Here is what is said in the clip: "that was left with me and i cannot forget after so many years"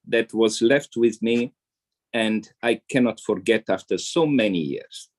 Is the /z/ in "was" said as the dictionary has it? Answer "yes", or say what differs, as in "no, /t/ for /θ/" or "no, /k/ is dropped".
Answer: yes